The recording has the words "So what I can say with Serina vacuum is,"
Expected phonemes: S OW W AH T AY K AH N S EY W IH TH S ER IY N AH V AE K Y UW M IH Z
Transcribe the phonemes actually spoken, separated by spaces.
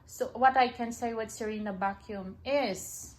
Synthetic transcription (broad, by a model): S OW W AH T AY K AH N S EY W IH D S ER IY N AH B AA K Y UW M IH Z